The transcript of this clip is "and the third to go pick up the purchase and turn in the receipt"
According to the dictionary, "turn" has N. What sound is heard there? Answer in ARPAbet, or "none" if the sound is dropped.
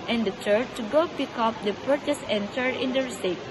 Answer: none